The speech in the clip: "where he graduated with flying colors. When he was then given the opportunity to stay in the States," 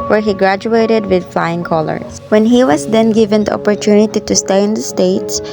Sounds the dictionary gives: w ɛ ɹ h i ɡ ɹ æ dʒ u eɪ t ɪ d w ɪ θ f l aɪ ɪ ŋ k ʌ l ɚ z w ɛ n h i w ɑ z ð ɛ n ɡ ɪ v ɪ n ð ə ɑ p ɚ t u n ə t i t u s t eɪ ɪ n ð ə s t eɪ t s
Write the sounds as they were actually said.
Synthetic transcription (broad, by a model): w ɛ ɹ h i ɡ ɹ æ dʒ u eɪ t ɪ d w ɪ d f l aɪ ɪ ŋ k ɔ l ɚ s w ɛ n h i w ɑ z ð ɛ n ɡ ɪ v ɪ n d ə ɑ p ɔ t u n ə t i t u s t eɪ ɪ n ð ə s t eɪ t s